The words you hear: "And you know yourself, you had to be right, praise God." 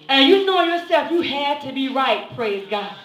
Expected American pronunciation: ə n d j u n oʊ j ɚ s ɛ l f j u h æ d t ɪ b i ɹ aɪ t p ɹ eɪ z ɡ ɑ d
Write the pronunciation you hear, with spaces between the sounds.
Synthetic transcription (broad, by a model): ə j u n oʊ j ɚ s ɛ l f j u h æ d t ɪ b i ɹ aɪ t p ɹ eɪ z ɡ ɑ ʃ